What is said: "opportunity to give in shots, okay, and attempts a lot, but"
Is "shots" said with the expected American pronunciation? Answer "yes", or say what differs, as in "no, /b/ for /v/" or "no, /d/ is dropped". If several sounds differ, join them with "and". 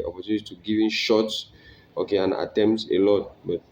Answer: yes